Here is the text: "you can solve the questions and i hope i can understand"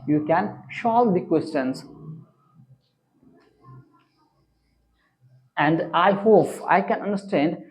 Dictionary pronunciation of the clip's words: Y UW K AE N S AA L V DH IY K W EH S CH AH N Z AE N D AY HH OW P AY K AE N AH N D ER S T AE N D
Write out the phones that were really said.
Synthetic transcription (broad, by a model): Y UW K AE N SH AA L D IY K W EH S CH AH N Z AE N D AY HH OW P AY K AE N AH N D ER S T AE N D